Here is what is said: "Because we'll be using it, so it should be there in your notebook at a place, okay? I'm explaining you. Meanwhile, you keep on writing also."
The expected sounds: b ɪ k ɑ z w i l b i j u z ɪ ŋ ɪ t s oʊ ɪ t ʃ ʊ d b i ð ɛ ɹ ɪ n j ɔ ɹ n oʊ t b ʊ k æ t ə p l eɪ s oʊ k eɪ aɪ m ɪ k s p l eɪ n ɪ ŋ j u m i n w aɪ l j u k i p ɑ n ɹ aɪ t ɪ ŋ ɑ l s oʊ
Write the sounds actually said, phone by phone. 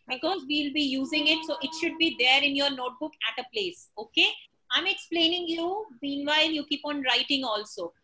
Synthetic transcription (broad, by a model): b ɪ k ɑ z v i l b i j u z ɪ ŋ ɪ t s oʊ ɪ t ʃ ʊ d b i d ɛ ɹ ɪ n j ɔ ɹ n oʊ t b ʊ k æ t ə p l eɪ s oʊ k eɪ aɪ m ɪ k s p l eɪ n ɪ ŋ j u m i n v aɪ l j u k i p ɑ n ɹ aɪ t ɪ ŋ ɑ l s oʊ